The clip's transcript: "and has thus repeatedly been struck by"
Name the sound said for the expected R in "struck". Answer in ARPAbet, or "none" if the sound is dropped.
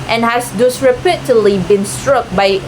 R